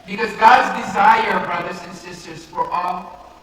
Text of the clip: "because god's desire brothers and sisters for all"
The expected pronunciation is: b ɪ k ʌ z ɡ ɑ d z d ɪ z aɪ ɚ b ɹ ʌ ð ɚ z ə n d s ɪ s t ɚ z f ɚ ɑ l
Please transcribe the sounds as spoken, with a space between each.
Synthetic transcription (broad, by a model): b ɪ k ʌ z ɡ ɑ d z d ɪ z aɪ ɚ b ɹ ʌ ð ɚ z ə n s ɪ s t ɚ z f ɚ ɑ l